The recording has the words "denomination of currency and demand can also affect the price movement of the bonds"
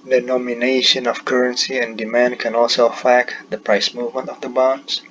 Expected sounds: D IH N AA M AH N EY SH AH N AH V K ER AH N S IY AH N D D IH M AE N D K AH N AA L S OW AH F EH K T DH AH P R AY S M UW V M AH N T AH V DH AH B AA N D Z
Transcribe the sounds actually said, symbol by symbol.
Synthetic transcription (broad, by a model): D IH N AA M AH N EY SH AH N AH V K ER AH N S IY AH N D D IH M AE N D K AH N AA L S OW F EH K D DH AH P R AY S M UW V M AH N T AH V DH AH B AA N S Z